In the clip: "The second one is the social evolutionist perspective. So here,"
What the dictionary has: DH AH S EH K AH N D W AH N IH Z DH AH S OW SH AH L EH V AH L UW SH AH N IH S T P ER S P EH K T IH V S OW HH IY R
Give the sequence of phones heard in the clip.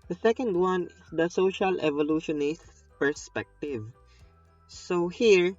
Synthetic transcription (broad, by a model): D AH S EH K AH N D W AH N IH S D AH S OW SH AH L EH V AH L UW SH AH N IH S T P ER S P EH K T IH V S OW HH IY R